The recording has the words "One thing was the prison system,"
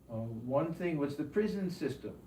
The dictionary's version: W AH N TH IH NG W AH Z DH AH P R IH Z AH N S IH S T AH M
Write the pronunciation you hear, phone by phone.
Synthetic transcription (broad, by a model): W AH N TH IH NG W AH Z DH AH P R IH Z AH N S IH S T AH M